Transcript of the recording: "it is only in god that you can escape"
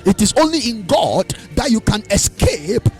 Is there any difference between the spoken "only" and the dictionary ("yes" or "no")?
no